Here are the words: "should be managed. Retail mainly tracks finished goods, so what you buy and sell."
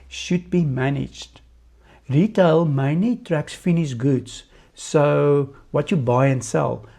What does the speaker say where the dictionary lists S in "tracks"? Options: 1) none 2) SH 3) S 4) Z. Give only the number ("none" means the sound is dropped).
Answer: 3